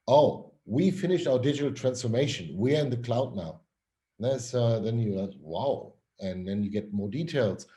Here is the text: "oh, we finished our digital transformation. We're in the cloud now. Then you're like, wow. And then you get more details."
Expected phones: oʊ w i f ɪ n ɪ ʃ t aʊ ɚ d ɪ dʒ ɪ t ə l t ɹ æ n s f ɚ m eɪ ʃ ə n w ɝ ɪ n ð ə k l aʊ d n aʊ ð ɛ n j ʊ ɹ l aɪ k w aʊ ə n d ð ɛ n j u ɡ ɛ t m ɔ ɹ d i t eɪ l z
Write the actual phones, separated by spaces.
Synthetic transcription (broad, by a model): oʊ w i f ɪ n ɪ ʃ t aʊ ɚ d ɪ dʒ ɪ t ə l t ɹ æ n s f ɚ m eɪ ʃ ə n w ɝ ɪ n ð ə k l aʊ d n aʊ ð ɛ n j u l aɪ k w aʊ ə n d ð ɛ n j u ɡ ɛ t m ɔ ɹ d i t eɪ l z